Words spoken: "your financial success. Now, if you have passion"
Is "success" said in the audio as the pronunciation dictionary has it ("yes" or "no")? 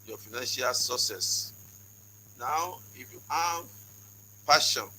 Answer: no